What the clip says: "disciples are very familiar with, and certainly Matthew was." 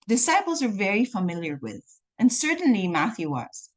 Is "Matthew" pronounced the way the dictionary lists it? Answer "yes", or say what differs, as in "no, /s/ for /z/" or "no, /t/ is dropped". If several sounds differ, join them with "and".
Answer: yes